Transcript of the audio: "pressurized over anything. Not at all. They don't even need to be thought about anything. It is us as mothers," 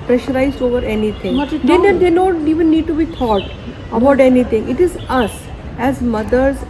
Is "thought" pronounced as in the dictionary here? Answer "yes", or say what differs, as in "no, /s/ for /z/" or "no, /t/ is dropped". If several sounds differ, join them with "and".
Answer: no, /t/ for /θ/